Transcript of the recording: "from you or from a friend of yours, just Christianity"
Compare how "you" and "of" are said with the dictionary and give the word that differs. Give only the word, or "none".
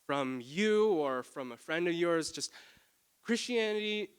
none